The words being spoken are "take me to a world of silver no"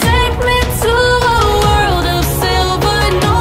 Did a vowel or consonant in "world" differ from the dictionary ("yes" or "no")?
no